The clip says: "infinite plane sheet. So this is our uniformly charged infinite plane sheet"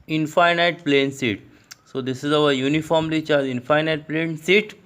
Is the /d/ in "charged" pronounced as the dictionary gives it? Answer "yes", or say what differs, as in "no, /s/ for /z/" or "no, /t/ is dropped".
no, /d/ is dropped